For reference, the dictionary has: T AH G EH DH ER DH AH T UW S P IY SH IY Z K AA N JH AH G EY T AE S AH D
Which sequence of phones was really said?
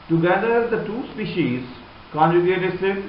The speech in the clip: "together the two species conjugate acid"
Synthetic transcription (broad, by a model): T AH G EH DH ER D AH T UW S P IY SH IY Z K AA N JH AH G EY T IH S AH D